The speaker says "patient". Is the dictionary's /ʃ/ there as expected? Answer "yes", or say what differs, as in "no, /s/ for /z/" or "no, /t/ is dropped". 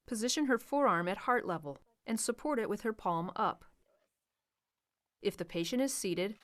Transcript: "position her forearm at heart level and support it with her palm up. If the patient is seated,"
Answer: yes